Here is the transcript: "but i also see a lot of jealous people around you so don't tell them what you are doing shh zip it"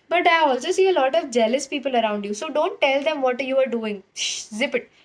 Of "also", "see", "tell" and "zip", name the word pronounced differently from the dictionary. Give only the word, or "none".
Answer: none